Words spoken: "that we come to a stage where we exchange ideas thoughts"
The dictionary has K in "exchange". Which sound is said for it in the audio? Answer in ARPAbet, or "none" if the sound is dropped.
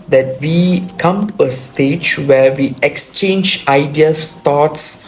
K